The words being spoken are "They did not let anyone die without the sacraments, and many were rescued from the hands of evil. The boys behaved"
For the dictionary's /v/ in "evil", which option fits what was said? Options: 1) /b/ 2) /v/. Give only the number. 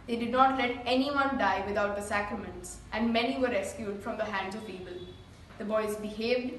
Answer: 1